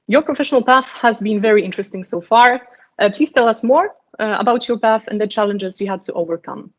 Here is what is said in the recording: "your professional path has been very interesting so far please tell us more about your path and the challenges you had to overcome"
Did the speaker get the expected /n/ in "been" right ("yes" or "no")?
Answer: yes